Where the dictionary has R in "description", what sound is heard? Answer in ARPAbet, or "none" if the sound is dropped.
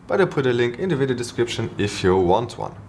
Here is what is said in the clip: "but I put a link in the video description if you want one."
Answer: R